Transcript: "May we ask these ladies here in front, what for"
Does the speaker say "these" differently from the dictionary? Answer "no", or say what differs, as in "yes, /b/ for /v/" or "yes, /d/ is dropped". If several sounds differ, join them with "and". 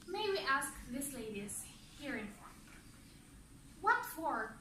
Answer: yes, /s/ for /z/